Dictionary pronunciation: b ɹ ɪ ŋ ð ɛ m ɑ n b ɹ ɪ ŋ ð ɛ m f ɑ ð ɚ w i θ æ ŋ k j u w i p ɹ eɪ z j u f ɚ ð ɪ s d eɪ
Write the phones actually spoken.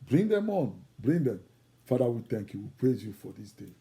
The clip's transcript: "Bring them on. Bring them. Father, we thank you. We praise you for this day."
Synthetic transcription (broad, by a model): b ɹ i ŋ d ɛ m ɑ n b ɹ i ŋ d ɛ m f ɑ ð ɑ w i t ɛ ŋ k j u w i p ɹ eɪ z j u f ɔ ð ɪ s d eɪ